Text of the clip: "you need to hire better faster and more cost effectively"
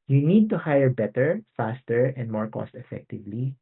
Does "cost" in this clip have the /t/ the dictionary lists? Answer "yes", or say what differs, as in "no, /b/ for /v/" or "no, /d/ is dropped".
yes